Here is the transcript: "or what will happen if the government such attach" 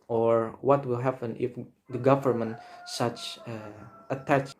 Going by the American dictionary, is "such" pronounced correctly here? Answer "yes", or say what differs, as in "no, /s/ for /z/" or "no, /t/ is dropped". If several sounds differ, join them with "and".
yes